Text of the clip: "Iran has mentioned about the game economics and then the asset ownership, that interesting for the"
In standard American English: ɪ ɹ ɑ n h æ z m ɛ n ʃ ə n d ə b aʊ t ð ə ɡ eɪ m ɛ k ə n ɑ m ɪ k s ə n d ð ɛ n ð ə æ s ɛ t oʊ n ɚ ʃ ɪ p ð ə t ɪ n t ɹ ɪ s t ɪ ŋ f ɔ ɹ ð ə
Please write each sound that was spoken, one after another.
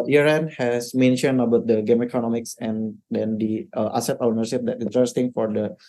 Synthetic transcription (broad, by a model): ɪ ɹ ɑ n h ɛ s m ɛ n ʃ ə n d ə b aʊ t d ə ɡ eɪ m ɛ k ə n ɑ m ɪ k s ə n d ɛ n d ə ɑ s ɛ t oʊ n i s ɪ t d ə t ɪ n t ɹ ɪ s t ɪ ŋ f ɔ ɹ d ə